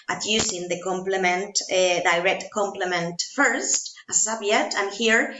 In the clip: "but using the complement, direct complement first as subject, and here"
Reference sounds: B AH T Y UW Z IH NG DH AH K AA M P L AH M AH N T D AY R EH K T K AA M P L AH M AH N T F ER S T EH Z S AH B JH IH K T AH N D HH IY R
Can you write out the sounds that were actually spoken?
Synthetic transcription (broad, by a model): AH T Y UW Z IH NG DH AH K AA M P L AH M AH N T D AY R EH K T K AA M P L AH M AH N T F ER S T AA S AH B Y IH T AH N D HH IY R